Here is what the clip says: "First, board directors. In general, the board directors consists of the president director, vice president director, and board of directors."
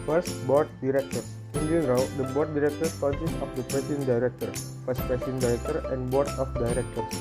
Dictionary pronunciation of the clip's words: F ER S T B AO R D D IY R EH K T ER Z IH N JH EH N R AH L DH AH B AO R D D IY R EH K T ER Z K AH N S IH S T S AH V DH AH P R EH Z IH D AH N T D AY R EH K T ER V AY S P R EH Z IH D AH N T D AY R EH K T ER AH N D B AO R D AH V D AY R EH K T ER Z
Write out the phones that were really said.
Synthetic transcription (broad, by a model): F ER S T B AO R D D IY R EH K T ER IH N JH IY L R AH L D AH B AO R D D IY R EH K T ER S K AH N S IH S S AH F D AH P R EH S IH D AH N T D AY R EH K T ER F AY S P R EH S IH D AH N D AY R EH K T ER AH N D B AO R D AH F D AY R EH K T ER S